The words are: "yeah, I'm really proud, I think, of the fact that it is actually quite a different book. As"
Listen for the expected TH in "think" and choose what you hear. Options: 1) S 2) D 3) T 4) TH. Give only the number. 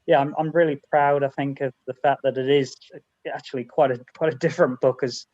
4